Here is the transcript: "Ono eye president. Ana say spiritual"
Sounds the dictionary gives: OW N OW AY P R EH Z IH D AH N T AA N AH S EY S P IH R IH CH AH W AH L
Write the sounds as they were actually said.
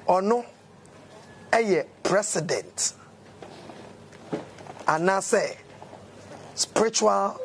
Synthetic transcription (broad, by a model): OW N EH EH P R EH S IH D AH N T AA N AH S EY S P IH R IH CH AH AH L